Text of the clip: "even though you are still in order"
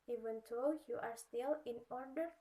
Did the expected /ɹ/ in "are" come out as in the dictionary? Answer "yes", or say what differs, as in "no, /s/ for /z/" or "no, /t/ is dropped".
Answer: yes